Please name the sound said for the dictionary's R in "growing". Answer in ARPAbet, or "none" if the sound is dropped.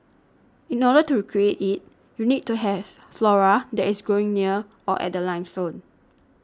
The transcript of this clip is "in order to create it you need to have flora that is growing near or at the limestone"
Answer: none